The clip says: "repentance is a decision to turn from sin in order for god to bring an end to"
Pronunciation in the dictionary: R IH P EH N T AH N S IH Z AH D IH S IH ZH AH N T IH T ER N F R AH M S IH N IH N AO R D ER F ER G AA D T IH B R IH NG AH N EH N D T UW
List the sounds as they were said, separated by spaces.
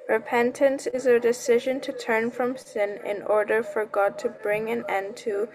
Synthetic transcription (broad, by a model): R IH P EH N T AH N S IH Z AH D IH S IH ZH AH N T IH T ER N F R AH M S IH N IH N AO R D ER F ER G AA D T IH B R IH NG AH N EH N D T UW